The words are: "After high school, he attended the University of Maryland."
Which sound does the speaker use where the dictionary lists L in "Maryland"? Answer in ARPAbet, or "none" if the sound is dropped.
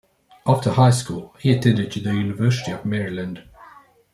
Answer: L